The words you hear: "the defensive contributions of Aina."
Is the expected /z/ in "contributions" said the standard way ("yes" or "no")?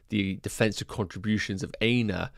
yes